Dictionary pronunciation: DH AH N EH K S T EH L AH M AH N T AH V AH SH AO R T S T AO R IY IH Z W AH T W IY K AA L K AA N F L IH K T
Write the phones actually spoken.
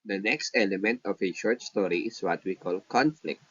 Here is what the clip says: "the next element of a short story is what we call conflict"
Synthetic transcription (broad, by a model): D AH N EH K S T EH L AH M AH N T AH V AH SH AO R T S T AO R IY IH S W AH T W IY K AA L K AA N F L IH K T